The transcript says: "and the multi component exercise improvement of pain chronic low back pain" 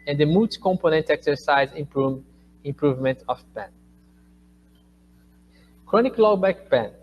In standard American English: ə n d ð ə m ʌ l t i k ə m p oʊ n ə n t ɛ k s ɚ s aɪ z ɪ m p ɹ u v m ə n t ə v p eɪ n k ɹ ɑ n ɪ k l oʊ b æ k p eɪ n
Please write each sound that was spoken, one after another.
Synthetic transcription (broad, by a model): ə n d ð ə m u t k ə m p oʊ n ə n t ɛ k s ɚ s aɪ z ɪ m p ɹ u v m ə n t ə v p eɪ n k ɹ ɑ n ɪ k l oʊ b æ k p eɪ n